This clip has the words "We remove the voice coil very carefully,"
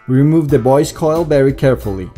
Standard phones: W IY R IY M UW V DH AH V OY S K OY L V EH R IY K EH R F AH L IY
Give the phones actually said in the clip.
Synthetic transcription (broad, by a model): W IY R IY M UW V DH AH B OY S K OY L V EH R IY K EH R F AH L IY